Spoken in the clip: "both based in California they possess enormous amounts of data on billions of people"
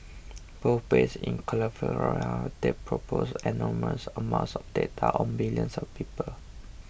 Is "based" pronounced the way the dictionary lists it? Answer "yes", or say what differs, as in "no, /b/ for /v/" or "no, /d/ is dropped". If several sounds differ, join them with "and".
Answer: no, /t/ is dropped